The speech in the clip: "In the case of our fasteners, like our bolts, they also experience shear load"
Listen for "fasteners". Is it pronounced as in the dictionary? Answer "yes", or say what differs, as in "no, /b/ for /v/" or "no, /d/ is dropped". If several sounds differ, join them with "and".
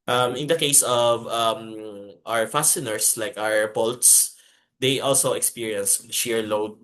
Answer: no, /s/ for /z/